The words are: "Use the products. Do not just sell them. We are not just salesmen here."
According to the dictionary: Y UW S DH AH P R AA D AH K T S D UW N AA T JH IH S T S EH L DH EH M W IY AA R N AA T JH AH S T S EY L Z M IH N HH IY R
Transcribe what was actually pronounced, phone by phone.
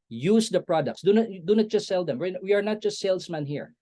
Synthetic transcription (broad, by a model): Y UW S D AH P R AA D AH K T S D UW N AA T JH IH S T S EH L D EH M W IY AA R N AA T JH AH S T S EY L S M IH N HH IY R